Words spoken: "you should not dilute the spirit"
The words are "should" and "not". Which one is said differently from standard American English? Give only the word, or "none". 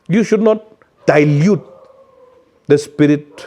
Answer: none